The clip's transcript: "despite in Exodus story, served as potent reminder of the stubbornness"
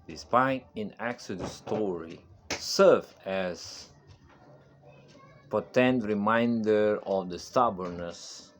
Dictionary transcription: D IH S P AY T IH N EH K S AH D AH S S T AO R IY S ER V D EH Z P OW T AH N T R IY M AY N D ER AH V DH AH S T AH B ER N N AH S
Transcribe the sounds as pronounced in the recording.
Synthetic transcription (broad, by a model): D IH S P AY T IH N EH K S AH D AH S S T AO R IY S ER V EH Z P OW T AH N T R IY M AY N D ER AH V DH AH S T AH B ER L N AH S